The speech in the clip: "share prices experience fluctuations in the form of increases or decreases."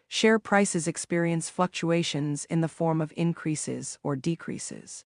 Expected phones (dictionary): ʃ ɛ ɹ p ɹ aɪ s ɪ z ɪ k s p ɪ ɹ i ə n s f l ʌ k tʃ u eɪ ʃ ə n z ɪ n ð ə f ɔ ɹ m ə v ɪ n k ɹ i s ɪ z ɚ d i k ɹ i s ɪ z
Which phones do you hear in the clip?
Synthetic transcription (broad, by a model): ʃ ɛ ɹ p ɹ aɪ s ɪ z ɪ k s p ɪ ɹ i ə n s f l ʌ k tʃ u eɪ ʃ ə n z ɪ n ð ə f ɔ ɹ m ə v ɪ n k ɹ i s ɪ z ɚ d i k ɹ i s ɪ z